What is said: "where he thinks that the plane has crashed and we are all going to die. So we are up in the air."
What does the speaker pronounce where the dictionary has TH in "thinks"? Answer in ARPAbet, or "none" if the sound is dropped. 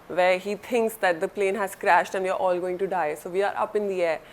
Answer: T